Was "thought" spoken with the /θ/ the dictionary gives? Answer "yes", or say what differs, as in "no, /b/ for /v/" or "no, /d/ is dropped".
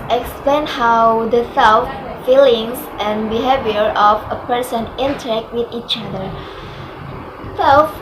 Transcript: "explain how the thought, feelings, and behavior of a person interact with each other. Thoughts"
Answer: no, /s/ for /θ/